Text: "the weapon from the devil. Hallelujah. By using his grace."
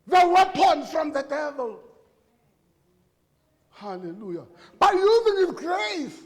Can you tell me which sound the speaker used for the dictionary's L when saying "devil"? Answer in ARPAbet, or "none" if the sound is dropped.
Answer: L